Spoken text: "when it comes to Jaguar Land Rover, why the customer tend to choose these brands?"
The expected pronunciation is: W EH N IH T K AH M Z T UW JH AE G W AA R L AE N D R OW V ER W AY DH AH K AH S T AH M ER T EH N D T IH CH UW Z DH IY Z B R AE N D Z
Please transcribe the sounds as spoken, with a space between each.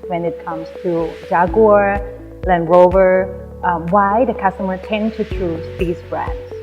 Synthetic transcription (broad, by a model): W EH N IH T K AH M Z T UW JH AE G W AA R L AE N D R OW V ER W AY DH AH K AH S T AH M ER T EH N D T IH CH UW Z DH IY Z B R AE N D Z